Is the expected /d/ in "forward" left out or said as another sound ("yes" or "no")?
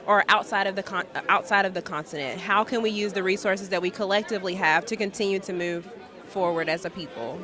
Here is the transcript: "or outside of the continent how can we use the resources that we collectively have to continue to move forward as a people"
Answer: no